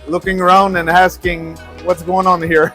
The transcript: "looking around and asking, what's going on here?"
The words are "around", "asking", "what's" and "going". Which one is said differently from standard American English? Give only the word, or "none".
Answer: none